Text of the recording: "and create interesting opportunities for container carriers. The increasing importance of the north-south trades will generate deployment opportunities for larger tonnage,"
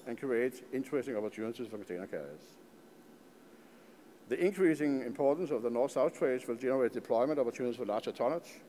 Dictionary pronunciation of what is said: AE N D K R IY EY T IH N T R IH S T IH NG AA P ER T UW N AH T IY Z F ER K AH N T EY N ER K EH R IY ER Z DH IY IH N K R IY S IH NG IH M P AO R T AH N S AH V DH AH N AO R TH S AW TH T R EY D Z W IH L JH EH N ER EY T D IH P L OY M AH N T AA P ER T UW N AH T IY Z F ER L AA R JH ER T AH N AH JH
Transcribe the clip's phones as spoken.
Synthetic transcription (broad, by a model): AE N K R IY EY T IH N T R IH S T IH NG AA P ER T UW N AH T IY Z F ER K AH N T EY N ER K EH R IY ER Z DH IY IH N K R IY S IH NG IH M P AO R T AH N S AH V DH AH N AO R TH S AW TH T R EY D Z W IH L JH EH N ER EY T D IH P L OY M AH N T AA P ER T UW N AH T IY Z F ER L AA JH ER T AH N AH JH